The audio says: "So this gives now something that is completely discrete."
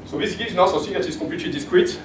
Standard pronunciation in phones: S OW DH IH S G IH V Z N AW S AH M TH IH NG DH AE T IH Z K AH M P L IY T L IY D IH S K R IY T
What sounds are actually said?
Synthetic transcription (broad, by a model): S OW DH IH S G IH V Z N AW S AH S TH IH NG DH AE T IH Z K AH P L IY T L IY D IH S K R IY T